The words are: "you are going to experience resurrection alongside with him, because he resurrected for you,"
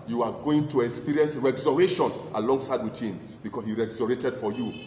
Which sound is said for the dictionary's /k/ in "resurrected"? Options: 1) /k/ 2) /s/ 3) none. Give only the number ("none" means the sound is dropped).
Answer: 3